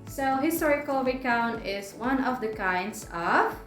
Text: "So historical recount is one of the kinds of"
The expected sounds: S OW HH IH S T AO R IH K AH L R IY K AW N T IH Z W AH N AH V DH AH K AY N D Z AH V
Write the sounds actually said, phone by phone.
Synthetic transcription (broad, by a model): S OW HH IH S T AO R IH K AH L W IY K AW N IH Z W AH N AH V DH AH K AY N D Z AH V